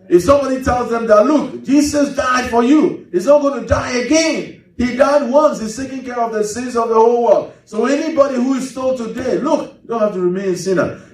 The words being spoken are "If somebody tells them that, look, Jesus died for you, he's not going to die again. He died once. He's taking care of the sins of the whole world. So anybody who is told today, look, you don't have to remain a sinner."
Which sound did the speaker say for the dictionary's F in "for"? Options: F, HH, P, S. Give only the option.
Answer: F